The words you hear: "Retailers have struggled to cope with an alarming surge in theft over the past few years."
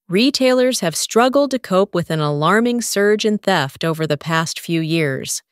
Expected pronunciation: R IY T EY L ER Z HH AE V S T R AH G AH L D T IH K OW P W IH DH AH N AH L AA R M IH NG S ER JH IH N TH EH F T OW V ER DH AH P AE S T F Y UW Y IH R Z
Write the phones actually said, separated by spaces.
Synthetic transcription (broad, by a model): R IY T EY L ER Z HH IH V S T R AH G L D T IH K OW P W IH DH AH N AH L AA R M IH NG S ER JH IH N TH EH F T OW V ER DH AH P AE S T F Y UW Y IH R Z